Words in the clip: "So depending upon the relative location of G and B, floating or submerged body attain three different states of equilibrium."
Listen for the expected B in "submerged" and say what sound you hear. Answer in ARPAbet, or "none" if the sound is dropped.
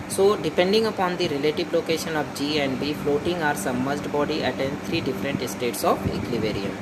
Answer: none